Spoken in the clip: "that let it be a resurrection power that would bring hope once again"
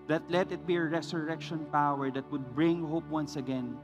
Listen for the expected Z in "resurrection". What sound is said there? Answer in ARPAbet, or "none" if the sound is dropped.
S